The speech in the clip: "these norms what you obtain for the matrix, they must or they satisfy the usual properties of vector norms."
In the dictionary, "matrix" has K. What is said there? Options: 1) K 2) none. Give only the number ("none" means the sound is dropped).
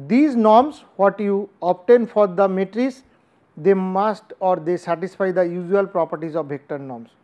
2